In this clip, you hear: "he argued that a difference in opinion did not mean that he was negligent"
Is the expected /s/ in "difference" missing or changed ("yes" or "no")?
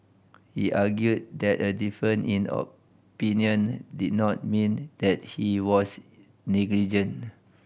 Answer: yes